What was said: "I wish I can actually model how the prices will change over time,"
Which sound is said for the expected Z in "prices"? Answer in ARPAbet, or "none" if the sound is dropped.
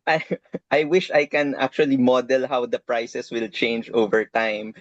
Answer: S